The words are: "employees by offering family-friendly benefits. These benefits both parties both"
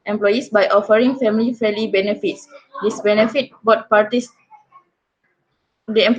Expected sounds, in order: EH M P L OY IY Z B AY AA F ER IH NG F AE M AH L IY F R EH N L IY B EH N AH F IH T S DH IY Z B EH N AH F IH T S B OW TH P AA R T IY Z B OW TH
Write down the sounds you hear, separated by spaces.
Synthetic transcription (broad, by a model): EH M P L OY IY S B AY AA F ER IH NG F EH M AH L IY F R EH L IY B EH N AH F IH T S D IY S B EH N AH F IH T B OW T P AA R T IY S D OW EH